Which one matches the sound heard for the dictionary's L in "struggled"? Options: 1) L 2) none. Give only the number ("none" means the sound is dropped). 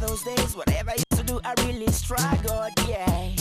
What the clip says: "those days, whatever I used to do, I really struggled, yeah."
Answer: 2